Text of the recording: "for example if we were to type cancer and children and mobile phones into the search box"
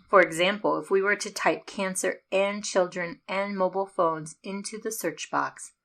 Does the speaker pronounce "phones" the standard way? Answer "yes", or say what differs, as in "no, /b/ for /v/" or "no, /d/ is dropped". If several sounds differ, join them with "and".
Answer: yes